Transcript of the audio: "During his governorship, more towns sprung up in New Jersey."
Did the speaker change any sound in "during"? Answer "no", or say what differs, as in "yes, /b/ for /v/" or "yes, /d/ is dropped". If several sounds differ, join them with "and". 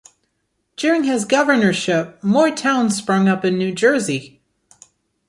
no